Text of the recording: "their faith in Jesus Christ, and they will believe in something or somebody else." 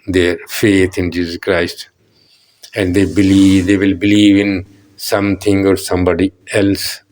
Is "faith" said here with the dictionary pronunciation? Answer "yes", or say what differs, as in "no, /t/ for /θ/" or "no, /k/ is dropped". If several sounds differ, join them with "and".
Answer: no, /t/ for /θ/